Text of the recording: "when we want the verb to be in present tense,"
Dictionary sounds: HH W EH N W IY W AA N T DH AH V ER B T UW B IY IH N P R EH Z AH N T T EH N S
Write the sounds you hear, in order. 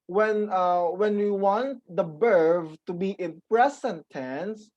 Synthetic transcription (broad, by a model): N W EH N W IY W AA N T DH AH B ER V T UW B IY IH N P R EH S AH N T T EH N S